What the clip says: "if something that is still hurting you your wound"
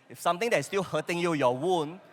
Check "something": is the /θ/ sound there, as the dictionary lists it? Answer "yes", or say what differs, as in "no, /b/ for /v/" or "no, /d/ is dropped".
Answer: no, /t/ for /θ/